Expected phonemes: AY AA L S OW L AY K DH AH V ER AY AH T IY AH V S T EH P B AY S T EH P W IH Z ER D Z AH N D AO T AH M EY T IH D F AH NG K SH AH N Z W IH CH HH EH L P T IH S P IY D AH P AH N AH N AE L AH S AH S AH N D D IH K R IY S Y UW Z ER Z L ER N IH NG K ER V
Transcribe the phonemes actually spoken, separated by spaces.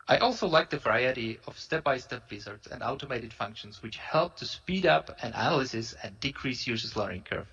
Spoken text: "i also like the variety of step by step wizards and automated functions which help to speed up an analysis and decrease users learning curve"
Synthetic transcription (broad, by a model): AY AA L S OW L AY K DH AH V ER AY AH T IY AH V S T EH P B AY S T EH P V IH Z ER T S AH N D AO T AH M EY T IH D F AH NG K SH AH N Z W IH CH HH EH L P T IH S P IY D AH P AH N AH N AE L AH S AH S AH N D D IH K R IY S Y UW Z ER S L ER IH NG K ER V